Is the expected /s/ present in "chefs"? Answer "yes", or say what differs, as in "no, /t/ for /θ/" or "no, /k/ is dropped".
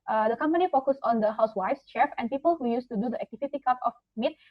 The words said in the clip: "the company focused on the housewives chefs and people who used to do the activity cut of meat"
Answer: no, /s/ is dropped